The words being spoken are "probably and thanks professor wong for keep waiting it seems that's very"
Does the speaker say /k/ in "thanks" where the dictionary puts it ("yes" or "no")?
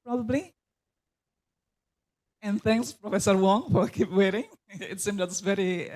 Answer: yes